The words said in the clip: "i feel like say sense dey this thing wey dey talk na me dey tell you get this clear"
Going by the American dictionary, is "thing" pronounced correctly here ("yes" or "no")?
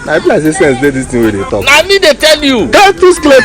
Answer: no